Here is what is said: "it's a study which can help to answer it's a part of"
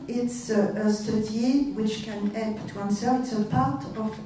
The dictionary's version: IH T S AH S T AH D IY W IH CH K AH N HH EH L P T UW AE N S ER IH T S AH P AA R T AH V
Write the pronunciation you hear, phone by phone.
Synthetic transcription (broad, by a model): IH T S AH S T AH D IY W IH CH K AH N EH P T UW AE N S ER IH T S AH P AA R T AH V